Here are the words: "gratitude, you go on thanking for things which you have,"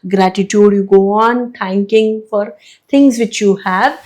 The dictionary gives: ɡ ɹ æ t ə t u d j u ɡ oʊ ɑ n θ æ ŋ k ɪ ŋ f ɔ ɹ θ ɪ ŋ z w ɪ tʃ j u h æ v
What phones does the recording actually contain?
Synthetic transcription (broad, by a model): ɡ ɹ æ t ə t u d j u ɡ oʊ ɑ n t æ ŋ k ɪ ŋ f ɔ ɹ t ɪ ŋ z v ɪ tʃ j u h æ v